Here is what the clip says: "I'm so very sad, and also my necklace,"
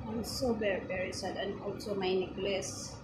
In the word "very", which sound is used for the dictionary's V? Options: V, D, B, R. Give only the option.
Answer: B